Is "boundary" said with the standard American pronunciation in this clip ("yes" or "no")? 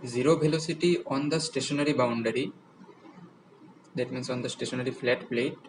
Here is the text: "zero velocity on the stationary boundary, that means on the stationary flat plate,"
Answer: yes